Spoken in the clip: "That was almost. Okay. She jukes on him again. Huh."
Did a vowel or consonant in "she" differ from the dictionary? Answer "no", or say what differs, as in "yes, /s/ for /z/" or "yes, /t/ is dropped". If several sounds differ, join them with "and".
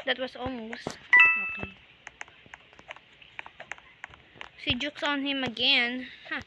yes, /s/ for /ʃ/